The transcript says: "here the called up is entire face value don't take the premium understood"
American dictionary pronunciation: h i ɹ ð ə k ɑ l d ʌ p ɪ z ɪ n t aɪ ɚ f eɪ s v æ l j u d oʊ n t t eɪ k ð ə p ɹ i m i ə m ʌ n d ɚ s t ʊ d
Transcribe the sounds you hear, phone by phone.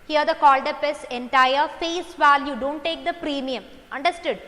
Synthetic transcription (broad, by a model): h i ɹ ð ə k ɑ l d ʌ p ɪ s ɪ n t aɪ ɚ f eɪ s v æ l j u d oʊ n t t eɪ k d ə p ɹ i m i ə m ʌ n d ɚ s t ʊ d